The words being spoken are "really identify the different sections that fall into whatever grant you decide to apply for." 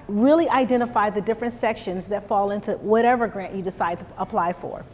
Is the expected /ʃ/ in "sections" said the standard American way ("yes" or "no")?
yes